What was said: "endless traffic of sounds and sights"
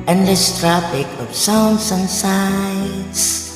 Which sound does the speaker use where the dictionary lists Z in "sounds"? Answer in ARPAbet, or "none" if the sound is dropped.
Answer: S